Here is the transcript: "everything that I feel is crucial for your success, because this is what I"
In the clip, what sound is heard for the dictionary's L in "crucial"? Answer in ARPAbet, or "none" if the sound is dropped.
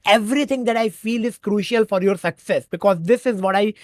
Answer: L